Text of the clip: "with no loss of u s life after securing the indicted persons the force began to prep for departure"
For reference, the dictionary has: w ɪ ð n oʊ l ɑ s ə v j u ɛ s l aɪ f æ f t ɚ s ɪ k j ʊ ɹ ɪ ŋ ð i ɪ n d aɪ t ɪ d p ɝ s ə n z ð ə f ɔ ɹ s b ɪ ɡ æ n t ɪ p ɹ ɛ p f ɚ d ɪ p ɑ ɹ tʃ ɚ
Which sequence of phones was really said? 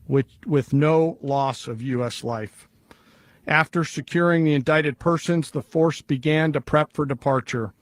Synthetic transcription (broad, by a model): w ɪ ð n oʊ l ɑ s ə v j u ɛ s l aɪ f æ f t ɚ s ɪ k j ʊ ɹ ɪ ŋ ð i ɪ n d aɪ t ɪ d p ɝ s ə n z ð ə f ɔ ɹ s b ɪ ɡ æ n t ɪ p ɹ ɛ p f ɚ d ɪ p ɑ ɹ tʃ ɚ